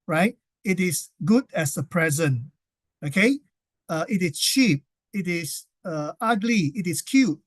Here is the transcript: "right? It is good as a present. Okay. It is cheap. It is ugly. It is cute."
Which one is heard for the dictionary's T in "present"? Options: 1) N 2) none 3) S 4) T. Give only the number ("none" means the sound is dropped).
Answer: 2